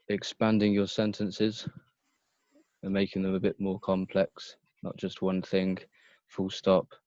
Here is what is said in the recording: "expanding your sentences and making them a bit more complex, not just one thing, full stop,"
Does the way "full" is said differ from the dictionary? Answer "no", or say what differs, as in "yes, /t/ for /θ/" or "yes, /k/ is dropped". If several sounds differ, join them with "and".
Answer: no